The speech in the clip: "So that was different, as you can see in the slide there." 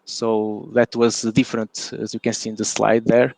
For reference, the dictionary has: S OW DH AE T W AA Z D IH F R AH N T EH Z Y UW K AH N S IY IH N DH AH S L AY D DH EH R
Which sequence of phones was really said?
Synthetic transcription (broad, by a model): S OW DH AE T W AA Z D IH F R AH N T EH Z Y UW K AH N S IY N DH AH S L AY D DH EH R